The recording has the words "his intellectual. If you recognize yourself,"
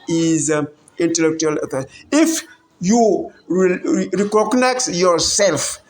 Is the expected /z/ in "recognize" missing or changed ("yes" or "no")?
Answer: yes